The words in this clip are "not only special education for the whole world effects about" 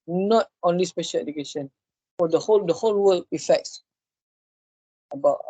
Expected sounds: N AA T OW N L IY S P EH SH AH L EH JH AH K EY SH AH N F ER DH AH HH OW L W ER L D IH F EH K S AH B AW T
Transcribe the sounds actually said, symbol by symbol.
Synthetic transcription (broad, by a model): N AA T OW N L IY S P EH SH AH L EH JH AH K EY SH AH N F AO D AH HH OW L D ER L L IH F EH K S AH B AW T